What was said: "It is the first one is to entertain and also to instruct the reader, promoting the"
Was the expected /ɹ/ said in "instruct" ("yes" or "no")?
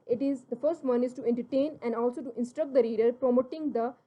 yes